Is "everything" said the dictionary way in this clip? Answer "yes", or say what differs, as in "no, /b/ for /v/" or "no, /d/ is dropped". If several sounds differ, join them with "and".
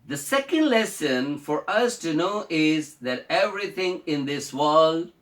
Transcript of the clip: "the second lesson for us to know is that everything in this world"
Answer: no, /t/ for /θ/